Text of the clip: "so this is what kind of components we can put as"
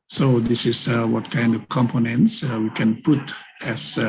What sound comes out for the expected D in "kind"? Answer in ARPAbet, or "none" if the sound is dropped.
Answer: D